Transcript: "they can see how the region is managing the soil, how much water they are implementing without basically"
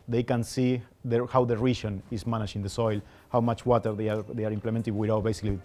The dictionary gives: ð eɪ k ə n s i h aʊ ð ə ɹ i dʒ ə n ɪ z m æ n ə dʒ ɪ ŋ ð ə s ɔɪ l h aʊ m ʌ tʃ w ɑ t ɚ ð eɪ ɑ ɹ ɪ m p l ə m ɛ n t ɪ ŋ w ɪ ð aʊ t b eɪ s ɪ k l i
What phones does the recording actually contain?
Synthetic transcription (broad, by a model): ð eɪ k ə n s i h aʊ ð ə ɹ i ʃ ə n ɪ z m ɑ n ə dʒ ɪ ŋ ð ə s ɔɪ l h aʊ m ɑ tʃ w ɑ t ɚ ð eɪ ɑ ɹ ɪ m p l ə m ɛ n t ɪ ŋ w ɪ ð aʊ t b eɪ s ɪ k l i